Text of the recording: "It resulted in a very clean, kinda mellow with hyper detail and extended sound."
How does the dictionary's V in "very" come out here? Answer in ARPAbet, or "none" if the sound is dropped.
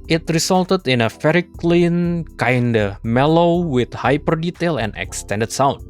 F